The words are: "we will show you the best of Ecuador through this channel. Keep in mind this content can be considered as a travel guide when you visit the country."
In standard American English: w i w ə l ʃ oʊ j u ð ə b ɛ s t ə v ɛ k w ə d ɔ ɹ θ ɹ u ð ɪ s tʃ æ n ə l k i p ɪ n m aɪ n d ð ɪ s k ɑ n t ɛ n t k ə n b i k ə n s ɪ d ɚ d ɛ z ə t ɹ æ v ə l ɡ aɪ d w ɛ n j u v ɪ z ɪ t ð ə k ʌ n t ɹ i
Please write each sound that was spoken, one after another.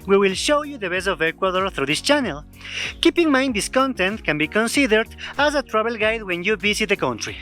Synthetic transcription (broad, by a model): w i w ə l ʃ oʊ j u ð ə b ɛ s ə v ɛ k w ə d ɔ ɹ θ ɹ u ð ɪ s tʃ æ n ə l k i p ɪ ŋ m aɪ n d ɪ s k ɑ n t ɛ n t k ə n b i k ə n s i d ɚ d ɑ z ə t ɹ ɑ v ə l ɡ aɪ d w ɛ n j u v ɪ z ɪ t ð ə k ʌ n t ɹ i